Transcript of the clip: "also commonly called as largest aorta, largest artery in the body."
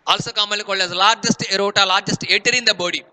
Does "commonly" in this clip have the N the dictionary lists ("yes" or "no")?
no